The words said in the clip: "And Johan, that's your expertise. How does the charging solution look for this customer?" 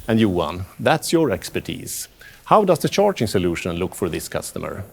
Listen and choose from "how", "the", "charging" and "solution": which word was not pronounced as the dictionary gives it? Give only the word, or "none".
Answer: none